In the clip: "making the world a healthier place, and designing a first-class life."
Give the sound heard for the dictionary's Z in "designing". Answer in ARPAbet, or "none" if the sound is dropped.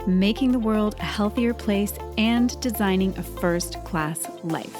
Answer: Z